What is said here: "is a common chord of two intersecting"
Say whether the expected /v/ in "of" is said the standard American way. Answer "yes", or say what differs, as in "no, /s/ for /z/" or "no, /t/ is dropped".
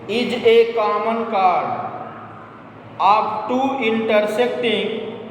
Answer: no, /b/ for /v/